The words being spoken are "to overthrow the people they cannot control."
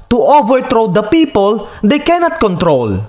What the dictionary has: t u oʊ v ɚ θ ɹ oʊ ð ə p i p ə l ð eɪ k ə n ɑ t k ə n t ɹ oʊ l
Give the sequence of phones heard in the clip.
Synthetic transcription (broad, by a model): t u oʊ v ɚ t ɹ oʊ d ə p i p ə l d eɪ k ə n ɑ t k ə n t ɹ oʊ l